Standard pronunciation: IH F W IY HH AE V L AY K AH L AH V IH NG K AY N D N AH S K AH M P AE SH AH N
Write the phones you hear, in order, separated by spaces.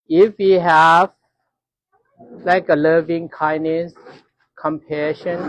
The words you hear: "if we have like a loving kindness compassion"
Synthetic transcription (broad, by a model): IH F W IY HH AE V L AY K AH L AH V IH NG K AY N N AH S K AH M P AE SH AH N